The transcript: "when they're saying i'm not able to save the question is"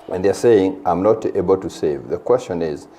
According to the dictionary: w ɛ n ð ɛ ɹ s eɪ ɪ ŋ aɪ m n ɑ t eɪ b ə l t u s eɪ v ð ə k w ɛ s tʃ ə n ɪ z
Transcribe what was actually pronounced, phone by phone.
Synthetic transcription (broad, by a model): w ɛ n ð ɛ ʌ s eɪ ɪ ŋ aɪ m n ɑ t eɪ b ə l t u s eɪ v ð ə k w ɛ s tʃ ə n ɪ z